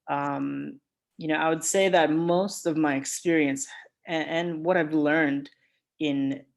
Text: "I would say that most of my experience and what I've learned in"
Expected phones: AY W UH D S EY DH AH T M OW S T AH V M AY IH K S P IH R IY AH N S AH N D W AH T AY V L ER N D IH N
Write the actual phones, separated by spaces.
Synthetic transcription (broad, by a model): AY W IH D S EY DH AH T M OW S T AH V M AY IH K S P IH R IY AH N S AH N W AH T AY V L ER N D IH N